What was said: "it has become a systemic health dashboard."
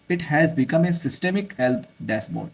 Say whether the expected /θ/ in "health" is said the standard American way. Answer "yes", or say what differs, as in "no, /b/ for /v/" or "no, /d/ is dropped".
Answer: no, /t/ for /θ/